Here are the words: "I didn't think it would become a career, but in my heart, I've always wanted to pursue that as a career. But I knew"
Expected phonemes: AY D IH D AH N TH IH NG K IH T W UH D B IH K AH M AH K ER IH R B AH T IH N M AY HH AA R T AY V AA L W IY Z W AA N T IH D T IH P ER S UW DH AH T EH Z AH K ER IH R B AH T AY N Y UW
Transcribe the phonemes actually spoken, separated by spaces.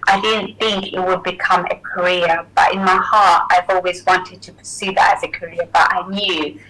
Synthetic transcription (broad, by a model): AY D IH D N TH IH NG K IH T W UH D B IH K AH M AH K ER IH R B AH T IH N M AY HH AA R T AY V AA L W IY Z W AA N T IH D T IH P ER S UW DH AH T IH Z AH K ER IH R B AH T AY N Y UW